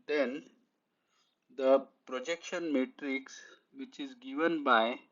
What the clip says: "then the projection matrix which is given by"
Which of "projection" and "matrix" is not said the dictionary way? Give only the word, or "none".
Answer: none